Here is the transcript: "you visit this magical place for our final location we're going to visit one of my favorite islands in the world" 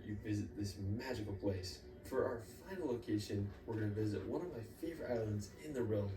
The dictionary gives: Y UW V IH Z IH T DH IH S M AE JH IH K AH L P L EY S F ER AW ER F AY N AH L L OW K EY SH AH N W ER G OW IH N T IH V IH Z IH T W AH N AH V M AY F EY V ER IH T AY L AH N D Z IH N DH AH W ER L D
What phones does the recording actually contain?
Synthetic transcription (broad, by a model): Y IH V IH Z IH T DH IH S M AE JH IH K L P L EY S F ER AW ER F AY N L L OW K EY SH AH N W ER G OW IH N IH V IH Z IH T W AH N AH V M AY F EY V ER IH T AY L AH N D Z IH N DH AH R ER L